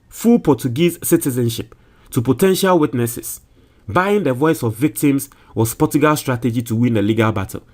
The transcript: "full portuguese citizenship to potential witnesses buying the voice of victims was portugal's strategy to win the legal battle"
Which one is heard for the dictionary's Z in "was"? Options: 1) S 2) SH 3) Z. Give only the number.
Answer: 1